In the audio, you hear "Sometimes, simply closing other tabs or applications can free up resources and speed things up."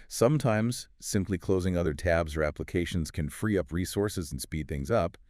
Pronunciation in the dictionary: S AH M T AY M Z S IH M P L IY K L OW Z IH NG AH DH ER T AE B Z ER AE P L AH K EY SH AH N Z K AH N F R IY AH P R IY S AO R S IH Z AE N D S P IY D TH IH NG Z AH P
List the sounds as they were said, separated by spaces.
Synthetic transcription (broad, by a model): S AH M T AY M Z S IH M P L IY K L OW Z IH NG AH DH ER T AE B Z ER AE P L AH K EY SH AH N Z K AH N F R IY AH P R IY S AO R S IH Z N S P IY D TH IH NG Z AH P